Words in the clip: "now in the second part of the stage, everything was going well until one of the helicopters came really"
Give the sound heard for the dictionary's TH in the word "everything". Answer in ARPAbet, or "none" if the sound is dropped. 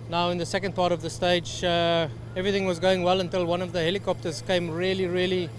TH